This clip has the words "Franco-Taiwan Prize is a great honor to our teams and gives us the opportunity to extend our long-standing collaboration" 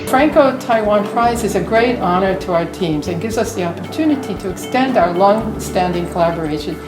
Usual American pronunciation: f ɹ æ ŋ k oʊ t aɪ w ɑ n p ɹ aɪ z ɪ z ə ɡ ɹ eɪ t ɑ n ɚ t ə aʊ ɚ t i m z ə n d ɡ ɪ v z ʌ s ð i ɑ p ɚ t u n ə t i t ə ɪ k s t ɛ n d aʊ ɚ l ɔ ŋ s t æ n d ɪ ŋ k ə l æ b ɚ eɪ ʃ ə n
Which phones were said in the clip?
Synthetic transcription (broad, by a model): f ɹ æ ŋ k oʊ t aɪ w ɑ n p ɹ aɪ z ɪ z ə ɡ ɹ eɪ t ɑ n ɚ t ə aʊ ɚ t i m z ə n ɡ ɪ v z ʌ s ð i ɑ p ɚ t u n ə t i t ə ɪ k s t ɛ n d aʊ ɚ l ɔ ŋ s t æ n d ɪ ŋ k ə l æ b ɚ eɪ ʃ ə n